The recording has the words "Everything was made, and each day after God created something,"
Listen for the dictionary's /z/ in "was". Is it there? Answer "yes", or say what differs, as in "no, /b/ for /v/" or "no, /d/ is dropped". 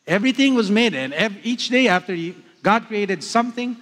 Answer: yes